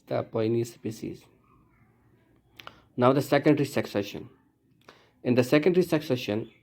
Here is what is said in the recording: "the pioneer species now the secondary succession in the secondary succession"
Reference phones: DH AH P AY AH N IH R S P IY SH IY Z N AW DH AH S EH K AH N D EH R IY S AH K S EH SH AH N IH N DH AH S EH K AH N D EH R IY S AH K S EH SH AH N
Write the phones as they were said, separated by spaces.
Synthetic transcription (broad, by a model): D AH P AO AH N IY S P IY S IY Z N AW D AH S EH K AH N D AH R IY S AH K S EH SH AH N IH N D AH S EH K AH N D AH R IY S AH K S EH SH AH N